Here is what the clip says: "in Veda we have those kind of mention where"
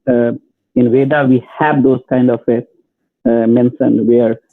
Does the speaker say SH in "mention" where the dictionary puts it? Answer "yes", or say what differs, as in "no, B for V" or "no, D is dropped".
no, S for SH